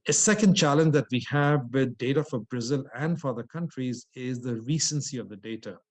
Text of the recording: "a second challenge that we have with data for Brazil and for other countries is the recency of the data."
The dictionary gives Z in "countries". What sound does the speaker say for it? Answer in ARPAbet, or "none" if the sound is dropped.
Z